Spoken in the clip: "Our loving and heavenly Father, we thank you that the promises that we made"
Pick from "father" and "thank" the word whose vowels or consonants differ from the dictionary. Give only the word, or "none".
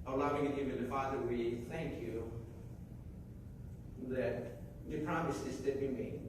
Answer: none